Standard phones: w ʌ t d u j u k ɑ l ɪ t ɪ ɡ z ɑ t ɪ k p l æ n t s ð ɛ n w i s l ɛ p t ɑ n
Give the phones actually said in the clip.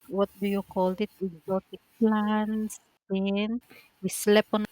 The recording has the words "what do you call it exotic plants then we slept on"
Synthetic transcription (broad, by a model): w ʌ t d u j u k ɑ l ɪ t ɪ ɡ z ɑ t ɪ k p l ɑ n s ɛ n w i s l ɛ p ɑ n